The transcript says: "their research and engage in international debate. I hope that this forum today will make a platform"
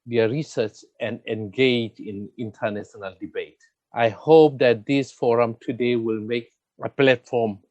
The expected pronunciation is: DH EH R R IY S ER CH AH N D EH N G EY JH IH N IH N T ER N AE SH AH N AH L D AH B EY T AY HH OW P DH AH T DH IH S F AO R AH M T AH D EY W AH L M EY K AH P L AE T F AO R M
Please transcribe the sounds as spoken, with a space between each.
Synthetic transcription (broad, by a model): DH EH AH R IY S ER CH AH N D EH N G EY JH IH N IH N T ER N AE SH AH N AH L D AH B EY T AY HH OW P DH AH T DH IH S F AO R AH M T AH D EY W AH L M EY K AH P L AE T F AO M